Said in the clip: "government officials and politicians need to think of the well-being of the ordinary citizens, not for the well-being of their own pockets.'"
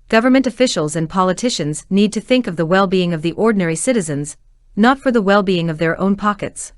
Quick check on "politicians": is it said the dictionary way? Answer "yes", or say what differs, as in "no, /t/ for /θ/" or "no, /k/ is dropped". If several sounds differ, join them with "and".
yes